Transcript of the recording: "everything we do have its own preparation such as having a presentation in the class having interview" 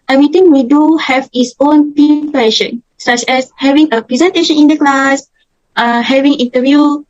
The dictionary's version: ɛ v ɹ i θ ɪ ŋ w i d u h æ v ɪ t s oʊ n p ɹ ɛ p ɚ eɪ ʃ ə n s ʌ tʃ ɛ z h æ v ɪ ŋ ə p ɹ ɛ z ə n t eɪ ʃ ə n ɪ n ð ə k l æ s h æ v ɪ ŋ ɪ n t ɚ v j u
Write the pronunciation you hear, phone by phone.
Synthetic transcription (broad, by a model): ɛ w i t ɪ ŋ w i d u h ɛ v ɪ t s oʊ n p i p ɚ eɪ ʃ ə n s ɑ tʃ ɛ s h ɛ v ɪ ŋ ə p ɹ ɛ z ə n t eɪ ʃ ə n ɪ n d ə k l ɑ s h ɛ v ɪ ŋ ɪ n t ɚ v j u